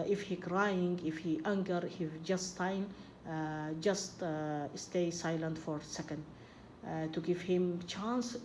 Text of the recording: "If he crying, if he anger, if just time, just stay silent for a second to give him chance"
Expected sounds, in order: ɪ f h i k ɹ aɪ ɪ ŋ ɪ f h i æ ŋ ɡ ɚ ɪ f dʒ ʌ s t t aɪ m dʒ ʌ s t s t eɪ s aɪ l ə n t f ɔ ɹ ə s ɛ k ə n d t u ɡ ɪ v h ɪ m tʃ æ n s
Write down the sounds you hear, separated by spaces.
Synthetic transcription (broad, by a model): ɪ f h i k ɹ aɪ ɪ ŋ ɪ f h i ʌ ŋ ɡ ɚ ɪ dʒ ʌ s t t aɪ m dʒ ʌ s t s t eɪ s aɪ l ə n t f ɔ ɹ s ɛ k ə n d t u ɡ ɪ f h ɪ m tʃ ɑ n s